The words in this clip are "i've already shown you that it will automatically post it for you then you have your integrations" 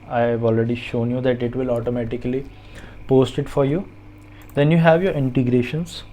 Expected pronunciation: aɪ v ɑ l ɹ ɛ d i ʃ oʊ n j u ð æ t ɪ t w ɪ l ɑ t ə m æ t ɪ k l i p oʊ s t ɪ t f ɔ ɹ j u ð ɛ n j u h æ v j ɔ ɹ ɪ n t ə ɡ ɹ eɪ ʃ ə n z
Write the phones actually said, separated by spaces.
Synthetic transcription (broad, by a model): aɪ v ɑ l ɹ ɛ d i ʃ oʊ n j u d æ t ɪ t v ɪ l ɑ t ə m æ t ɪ k l i p oʊ s t ɪ t f ɔ ɹ j u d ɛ n j u h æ v j ɔ ɹ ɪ n t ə ɡ ɹ eɪ ʃ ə n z